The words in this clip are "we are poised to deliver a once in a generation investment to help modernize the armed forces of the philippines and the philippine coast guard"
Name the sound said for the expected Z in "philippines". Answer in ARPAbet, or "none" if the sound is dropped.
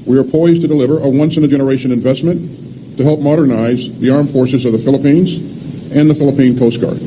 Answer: Z